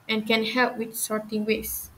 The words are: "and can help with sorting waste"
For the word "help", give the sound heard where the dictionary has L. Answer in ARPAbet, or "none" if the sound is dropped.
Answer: L